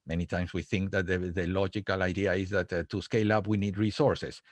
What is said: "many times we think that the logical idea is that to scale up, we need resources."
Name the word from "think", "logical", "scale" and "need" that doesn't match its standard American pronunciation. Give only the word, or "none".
none